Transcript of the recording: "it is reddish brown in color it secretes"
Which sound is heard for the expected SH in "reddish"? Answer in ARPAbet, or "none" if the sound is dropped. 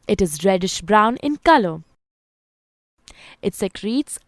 SH